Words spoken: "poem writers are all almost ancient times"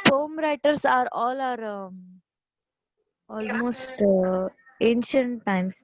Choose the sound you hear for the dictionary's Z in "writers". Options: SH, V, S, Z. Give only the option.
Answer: S